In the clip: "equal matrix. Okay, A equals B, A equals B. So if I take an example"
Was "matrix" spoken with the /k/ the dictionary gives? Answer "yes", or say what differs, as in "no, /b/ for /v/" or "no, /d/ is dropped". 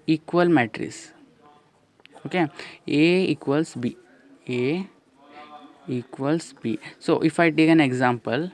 no, /k/ is dropped